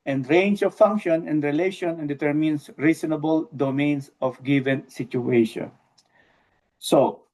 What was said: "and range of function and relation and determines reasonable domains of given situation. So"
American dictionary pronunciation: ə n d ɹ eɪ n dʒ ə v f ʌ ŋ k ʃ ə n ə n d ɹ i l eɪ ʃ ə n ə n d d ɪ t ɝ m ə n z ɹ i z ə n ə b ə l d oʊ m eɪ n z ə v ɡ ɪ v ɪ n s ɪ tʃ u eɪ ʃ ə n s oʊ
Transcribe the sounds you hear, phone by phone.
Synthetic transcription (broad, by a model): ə n d ɹ eɪ n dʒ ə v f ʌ ŋ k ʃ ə n ə n d ɹ i l eɪ ʃ ə n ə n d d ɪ t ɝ m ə n s ɹ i s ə n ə b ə l d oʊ m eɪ n s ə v ɡ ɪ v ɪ n s ɪ tʃ u eɪ ʃ ə n s oʊ